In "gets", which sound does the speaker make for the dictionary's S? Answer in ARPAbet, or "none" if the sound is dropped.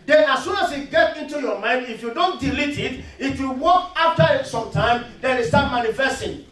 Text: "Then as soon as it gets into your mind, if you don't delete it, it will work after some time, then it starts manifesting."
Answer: none